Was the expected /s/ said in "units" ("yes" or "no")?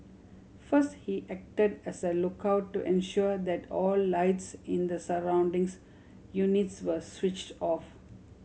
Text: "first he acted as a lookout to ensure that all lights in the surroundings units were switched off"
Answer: yes